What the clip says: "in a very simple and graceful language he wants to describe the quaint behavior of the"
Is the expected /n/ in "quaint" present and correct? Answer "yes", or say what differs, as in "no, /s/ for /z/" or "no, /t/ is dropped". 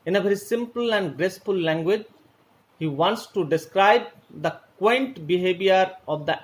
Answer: yes